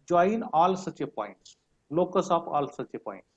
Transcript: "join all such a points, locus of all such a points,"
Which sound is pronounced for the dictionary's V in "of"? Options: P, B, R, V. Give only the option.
P